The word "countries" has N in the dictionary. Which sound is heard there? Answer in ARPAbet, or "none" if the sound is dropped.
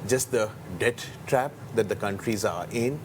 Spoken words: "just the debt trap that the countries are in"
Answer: N